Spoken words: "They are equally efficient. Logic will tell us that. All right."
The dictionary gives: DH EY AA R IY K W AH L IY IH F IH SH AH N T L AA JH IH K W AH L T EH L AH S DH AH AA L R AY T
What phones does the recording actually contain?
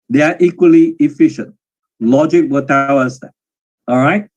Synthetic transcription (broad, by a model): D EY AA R IY K W AH L IY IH F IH SH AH N T L AA JH IH K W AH T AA W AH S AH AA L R AY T